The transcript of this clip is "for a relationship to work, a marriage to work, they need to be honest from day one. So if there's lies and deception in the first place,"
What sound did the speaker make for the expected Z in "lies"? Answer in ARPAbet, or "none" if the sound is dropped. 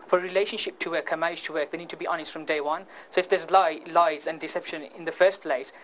Z